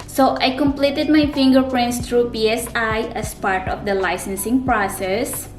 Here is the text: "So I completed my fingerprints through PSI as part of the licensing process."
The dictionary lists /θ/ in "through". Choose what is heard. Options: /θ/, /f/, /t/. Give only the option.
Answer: /t/